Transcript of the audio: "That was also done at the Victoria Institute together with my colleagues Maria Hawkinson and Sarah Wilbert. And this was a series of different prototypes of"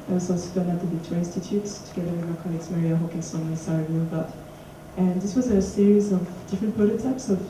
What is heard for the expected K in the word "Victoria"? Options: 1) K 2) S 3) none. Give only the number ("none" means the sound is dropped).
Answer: 3